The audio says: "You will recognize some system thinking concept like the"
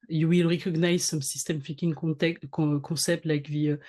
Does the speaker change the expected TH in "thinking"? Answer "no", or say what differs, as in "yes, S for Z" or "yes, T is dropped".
yes, F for TH